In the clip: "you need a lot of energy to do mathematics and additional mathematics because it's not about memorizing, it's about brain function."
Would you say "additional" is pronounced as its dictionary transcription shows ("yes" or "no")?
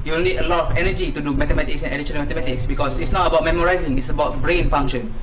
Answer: no